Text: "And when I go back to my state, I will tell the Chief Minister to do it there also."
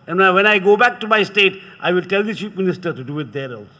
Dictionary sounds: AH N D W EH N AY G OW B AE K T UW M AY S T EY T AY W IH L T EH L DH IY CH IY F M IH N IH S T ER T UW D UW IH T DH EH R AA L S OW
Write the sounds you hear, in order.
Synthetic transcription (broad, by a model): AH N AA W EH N AY G OW B AE K T UW M AY S T EY T AY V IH L T EH L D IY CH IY P M IH N IH S T ER T UW D UW IH T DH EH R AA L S